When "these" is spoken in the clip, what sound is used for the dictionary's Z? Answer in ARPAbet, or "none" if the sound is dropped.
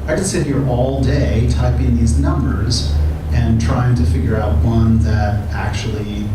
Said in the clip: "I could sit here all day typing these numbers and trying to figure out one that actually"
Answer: Z